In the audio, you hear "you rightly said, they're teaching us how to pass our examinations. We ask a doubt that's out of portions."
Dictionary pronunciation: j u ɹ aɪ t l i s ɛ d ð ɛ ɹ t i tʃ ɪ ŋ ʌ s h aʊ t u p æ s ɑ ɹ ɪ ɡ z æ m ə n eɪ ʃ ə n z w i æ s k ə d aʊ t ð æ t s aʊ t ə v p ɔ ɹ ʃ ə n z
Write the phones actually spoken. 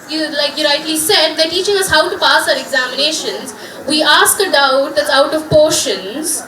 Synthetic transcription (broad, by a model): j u l aɪ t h i s ɛ d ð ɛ t i tʃ ɪ ŋ ʌ s h aʊ t u p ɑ s ɑ ɹ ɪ ɡ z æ m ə n eɪ ʃ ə n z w i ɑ s k ə d aʊ t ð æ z aʊ t ə v p ɔ ɹ ʃ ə n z